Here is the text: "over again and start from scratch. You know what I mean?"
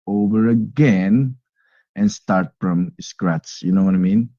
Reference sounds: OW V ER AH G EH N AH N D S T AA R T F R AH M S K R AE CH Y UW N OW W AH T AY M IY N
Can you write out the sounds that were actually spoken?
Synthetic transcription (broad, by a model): OW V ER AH G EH N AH N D S T AA R T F R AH M S K R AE S Y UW N OW W AH T AY M IY N